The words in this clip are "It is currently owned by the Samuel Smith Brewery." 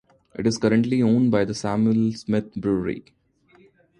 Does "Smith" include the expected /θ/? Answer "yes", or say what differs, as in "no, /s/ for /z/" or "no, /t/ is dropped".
no, /t/ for /θ/